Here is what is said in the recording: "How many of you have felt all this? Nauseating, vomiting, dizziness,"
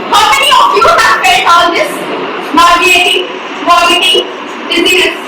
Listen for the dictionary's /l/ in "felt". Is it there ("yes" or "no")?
no